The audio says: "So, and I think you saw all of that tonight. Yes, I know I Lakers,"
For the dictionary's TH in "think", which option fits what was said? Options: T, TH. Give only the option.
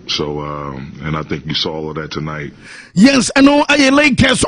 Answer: TH